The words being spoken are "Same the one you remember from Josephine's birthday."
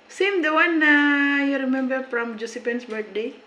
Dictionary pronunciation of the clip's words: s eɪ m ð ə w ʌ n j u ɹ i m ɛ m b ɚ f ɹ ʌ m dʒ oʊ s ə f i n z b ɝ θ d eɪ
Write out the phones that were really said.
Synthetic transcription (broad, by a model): s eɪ m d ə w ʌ n j u ɹ i m ɛ m b ɚ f ɹ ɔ m dʒ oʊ s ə p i n s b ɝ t d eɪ